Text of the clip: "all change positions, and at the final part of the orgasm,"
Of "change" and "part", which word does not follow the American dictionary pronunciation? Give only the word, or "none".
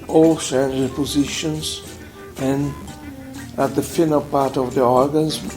change